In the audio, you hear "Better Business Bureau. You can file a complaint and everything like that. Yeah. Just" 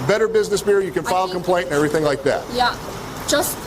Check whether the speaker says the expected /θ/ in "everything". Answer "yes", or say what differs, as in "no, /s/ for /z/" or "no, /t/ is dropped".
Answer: yes